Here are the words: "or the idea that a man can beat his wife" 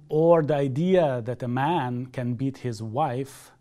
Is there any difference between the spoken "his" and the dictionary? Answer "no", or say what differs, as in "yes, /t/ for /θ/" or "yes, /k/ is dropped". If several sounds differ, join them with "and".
no